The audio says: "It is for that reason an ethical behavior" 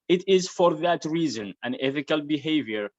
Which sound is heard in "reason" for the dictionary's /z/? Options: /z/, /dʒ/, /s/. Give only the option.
/z/